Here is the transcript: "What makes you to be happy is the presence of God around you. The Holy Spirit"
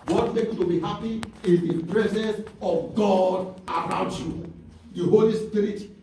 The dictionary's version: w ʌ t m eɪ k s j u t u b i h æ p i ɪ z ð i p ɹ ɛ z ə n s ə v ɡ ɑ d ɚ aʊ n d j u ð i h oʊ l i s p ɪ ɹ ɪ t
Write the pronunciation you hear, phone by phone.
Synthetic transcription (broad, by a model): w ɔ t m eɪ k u t u b i h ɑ p i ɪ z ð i p ɹ ɛ z ə n s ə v ɡ ɑ d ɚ aʊ n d j u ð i h oʊ l i s p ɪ ɹ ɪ t